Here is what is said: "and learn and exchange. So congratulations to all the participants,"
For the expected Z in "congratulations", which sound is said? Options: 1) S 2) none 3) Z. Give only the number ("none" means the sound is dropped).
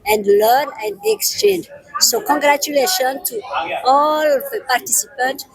2